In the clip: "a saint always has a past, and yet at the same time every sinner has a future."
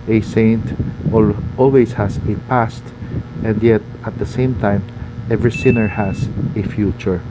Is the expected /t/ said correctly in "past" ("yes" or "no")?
yes